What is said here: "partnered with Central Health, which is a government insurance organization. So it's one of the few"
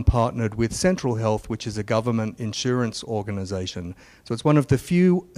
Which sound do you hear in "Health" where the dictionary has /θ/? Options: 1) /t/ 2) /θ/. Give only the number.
2